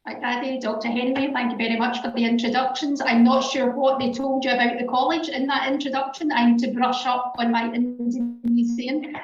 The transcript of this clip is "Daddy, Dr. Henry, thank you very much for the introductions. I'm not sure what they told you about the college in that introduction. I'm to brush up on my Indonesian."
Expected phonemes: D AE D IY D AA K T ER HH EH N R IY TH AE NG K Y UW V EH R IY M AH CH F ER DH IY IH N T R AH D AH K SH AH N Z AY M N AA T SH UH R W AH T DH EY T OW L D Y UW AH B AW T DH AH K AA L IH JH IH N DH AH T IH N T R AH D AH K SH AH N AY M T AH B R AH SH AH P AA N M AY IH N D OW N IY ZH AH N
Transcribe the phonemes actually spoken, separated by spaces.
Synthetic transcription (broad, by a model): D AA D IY D AA K T ER HH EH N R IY TH AE NG K Y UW V EH R IY M AH CH F ER DH IY IH N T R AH D AH K SH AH N Z AY M N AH T SH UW R W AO T DH EY T OW L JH AH B AW T DH AH K AA L IH JH IH N DH AH T IH N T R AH D AH K SH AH N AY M T AH B R AH SH AH P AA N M AY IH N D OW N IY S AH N